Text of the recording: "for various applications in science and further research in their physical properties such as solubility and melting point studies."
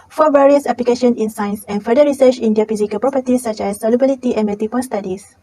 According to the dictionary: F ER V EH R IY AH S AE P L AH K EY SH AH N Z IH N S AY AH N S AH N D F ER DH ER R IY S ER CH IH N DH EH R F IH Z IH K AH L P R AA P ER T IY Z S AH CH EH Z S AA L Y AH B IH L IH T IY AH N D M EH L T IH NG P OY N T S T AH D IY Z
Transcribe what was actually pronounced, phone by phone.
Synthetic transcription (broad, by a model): F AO V EH R IY AH S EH P L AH K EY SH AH N IH N S AY N S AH N F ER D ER R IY S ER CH IH N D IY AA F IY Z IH K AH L P R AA P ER T IY S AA CH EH S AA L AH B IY L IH T IY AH N M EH T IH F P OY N S T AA D IY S